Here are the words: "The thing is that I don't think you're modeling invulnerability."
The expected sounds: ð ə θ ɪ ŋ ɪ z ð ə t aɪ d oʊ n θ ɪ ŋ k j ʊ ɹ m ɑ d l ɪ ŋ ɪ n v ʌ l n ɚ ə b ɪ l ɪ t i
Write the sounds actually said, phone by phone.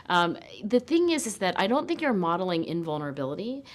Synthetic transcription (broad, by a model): ð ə θ ɪ ŋ ɪ z ð ə t aɪ d oʊ n θ ɪ ŋ k j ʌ ɹ m ɑ d l ɪ ŋ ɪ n v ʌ l n ɚ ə b ɪ l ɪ t i